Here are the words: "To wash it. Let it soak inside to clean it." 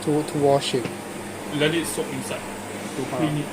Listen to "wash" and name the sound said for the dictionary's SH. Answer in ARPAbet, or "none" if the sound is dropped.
SH